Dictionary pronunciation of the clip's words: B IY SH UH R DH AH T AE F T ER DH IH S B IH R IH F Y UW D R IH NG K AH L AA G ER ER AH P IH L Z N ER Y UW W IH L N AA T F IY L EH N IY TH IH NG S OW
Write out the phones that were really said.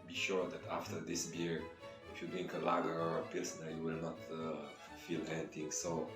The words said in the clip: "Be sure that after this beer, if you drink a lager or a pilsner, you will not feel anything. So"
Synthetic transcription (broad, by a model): B IY SH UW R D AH T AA F T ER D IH S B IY R IH F Y UW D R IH NG K AH L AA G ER ER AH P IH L S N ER Y UW W IH L N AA T F IY L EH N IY T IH NG S OW